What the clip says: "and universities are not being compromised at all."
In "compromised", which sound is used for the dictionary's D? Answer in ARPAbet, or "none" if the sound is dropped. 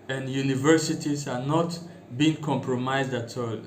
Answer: D